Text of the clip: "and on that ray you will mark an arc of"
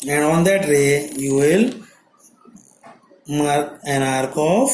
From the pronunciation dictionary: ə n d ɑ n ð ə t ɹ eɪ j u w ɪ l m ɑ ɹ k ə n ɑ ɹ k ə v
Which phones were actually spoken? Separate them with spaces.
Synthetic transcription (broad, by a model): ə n ɑ n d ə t ɹ eɪ j u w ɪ l m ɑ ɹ ə n ɑ ɹ k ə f